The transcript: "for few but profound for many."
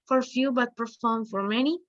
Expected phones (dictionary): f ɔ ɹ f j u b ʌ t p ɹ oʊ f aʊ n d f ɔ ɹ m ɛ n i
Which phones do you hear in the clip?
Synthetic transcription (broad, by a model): f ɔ ɹ f j u b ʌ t p oʊ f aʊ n f ɔ ɹ m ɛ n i